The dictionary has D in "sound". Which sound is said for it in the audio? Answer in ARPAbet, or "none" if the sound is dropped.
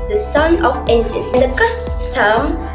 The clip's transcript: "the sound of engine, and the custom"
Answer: none